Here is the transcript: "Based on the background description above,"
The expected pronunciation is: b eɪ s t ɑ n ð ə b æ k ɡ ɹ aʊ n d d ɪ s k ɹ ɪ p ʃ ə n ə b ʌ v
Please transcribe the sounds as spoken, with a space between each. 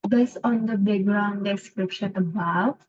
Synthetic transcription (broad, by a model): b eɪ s ɑ n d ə b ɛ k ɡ ɹ aʊ n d d ɪ s k ɹ ɪ p ʃ ə n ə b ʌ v